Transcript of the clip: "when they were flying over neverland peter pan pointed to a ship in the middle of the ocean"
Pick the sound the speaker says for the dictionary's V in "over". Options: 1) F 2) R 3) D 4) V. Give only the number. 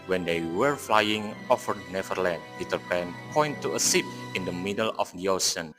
1